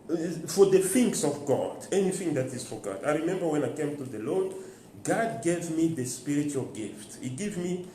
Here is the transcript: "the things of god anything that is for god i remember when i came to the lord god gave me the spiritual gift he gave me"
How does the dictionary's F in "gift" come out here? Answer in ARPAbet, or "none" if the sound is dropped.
F